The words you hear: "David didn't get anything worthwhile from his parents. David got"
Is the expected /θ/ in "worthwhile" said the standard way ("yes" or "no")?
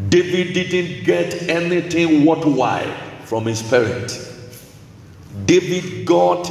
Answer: no